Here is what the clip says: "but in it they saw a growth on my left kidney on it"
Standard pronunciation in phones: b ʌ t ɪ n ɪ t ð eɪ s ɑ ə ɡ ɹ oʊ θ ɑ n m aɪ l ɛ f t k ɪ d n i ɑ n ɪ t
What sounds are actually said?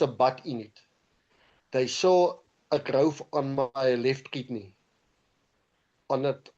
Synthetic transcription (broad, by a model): b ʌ t ɪ n ɪ t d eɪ s ɑ ə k ɹ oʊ f ɑ n m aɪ l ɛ f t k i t n i ɑ n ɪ t